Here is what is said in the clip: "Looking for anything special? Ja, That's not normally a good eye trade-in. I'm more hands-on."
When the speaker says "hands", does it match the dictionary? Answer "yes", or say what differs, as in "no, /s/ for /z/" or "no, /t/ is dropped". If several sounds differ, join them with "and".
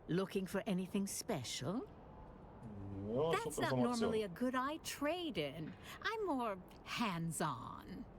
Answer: yes